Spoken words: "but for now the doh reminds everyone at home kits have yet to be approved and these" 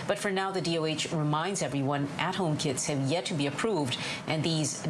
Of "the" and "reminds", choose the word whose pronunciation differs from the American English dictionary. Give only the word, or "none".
none